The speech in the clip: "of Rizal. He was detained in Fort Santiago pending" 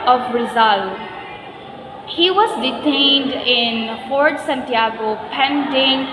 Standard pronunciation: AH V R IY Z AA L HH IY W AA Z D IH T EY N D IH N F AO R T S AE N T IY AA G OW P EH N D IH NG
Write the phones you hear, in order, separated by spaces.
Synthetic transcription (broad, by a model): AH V R IY Z AA L HH IY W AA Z D IH T EY N D IH N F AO R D S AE N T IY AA G OW P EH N D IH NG